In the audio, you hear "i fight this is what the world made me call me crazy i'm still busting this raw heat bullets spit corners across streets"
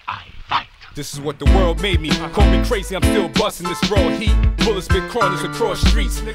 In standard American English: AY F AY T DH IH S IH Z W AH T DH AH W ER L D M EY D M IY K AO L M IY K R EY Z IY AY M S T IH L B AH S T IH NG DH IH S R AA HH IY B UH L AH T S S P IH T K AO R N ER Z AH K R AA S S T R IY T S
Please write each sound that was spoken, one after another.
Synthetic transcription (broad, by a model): AY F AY DH IH S IH Z W AH T DH AH W ER L D M EY D M IY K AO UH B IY K R EY Z IY AY M S T IH L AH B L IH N DH IH S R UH HH IY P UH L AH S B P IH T K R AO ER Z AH K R AA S S T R IY T S